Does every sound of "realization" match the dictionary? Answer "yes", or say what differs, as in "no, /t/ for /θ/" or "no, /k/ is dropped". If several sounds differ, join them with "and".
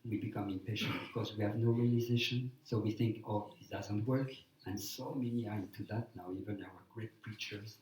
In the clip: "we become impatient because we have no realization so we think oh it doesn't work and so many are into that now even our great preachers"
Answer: yes